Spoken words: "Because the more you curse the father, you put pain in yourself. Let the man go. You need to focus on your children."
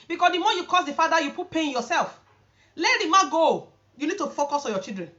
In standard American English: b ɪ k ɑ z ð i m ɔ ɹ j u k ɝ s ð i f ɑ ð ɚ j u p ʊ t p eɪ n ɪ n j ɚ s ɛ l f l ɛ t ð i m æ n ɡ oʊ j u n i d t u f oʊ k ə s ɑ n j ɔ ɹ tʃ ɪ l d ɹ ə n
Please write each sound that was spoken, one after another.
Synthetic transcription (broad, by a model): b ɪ k ɑ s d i m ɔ j u k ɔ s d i f ɑ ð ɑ j u p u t p eɪ ɪ n j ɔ s ɛ l f l ɛ t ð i m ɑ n ɡ oʊ j u n i d t u f oʊ k ə s ɑ n j ɔ tʃ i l d ɹ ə n